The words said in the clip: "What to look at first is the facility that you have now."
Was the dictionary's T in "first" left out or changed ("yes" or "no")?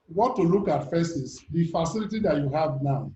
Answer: yes